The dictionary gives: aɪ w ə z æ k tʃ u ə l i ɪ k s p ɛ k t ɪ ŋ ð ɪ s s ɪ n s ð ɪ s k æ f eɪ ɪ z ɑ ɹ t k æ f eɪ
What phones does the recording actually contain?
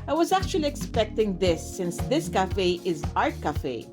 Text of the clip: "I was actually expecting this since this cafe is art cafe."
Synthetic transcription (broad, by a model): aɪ w ə z æ k tʃ u ə l i ɪ k s p ɛ k t ɪ ŋ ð ɪ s s ɪ n s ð ɪ s k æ f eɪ ɪ z ɑ ɹ t k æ f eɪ